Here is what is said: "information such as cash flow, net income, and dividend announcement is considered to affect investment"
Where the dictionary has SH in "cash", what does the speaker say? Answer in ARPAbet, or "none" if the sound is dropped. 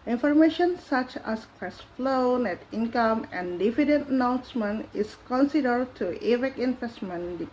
S